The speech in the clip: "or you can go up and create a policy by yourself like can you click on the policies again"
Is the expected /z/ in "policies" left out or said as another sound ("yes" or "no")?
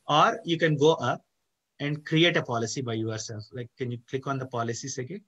yes